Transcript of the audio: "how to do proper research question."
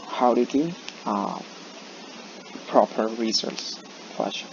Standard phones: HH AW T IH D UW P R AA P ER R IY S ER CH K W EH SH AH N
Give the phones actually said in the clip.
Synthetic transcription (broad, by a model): HH AW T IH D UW P R AA P ER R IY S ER S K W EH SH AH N